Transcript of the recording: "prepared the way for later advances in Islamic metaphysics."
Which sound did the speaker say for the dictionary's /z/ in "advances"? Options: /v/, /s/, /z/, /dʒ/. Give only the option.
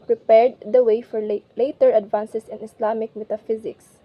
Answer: /s/